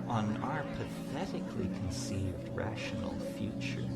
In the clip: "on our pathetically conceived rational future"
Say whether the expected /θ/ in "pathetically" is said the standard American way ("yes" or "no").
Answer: yes